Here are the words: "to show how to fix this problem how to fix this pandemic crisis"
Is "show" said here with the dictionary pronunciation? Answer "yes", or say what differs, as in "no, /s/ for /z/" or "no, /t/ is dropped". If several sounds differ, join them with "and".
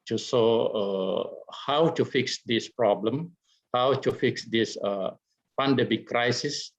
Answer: no, /s/ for /ʃ/